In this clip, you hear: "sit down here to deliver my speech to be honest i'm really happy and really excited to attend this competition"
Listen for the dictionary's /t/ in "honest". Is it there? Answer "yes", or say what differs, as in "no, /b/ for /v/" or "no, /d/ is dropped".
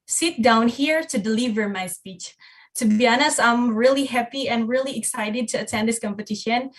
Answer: no, /t/ is dropped